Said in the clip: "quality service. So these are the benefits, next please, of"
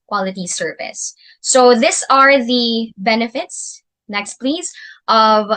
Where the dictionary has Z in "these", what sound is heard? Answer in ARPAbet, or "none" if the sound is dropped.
S